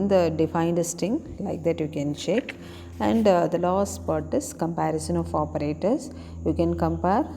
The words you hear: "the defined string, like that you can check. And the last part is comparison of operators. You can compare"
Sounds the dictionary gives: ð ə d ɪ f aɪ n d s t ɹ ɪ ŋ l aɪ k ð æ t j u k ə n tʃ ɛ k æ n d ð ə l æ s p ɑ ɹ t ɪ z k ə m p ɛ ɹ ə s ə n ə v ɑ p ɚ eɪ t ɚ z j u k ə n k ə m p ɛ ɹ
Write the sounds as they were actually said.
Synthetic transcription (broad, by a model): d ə d ɪ f aɪ n d s t ɪ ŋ l aɪ k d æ t j u k ə n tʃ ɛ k æ n d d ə l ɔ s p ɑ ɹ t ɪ s k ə m p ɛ ɹ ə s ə n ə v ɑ p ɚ eɪ t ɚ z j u k ə n k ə m p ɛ ɹ